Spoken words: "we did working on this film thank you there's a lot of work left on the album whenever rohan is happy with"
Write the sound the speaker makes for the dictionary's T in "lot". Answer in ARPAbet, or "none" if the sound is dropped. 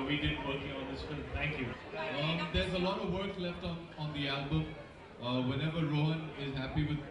T